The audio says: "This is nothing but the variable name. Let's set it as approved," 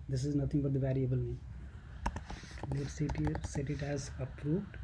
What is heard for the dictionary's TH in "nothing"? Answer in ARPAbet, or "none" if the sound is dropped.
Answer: T